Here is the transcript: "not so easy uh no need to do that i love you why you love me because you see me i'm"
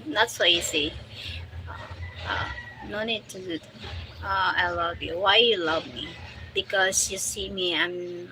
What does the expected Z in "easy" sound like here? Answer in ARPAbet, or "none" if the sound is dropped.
S